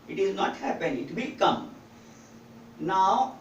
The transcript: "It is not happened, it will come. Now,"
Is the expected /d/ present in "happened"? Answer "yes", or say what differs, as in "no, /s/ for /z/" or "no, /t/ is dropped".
no, /d/ is dropped